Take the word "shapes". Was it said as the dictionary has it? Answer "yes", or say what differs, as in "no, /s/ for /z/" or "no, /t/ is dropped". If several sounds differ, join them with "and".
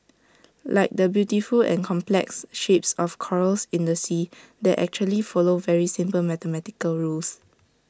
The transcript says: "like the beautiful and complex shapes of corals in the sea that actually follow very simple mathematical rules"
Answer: yes